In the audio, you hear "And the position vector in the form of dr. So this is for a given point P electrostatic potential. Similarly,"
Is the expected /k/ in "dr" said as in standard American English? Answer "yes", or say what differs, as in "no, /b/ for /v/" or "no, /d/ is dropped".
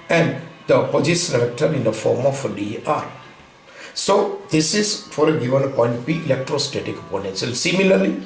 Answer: no, /k/ is dropped